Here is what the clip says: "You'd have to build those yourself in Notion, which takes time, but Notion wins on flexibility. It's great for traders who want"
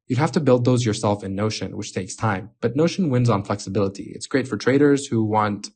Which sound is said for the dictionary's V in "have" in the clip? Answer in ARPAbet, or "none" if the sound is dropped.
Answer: F